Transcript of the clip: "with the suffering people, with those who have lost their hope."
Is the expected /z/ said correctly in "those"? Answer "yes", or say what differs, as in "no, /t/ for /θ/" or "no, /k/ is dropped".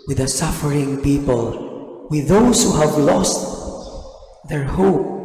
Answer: no, /s/ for /z/